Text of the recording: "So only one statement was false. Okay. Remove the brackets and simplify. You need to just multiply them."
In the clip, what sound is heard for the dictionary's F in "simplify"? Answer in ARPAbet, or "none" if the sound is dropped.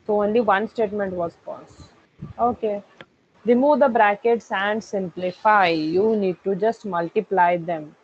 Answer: F